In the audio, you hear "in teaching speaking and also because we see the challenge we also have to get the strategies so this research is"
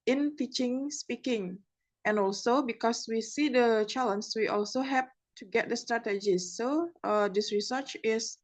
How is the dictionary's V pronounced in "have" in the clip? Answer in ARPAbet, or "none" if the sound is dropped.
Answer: P